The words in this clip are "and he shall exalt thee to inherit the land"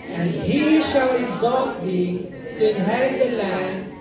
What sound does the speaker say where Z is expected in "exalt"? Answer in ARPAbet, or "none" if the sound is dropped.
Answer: Z